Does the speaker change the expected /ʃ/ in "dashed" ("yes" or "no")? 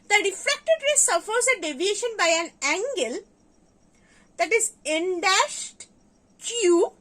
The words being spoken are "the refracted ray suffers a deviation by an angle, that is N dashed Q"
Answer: no